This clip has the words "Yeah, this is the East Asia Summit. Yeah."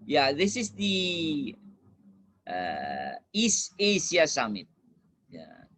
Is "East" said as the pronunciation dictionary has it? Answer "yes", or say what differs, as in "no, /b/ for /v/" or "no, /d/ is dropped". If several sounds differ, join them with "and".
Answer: no, /t/ is dropped